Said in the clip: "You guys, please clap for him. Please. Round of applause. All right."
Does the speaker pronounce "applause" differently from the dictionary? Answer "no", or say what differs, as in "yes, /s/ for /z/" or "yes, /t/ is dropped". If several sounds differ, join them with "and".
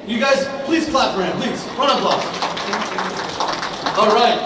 yes, /z/ is dropped